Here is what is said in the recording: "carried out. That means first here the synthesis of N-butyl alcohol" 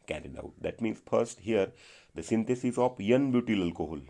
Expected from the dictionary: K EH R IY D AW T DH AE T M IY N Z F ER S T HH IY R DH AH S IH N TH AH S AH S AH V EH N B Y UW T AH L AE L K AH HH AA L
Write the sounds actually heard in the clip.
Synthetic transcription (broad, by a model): K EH R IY D AW T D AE T M IY N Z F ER S T HH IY R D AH S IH N T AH S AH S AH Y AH N B Y UW T AH L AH L K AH HH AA L